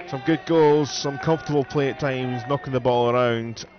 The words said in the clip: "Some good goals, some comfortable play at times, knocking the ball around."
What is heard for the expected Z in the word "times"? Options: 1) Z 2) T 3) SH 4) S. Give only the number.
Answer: 1